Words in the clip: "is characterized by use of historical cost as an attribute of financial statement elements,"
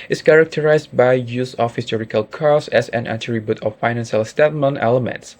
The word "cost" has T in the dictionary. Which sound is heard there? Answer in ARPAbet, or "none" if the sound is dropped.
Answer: none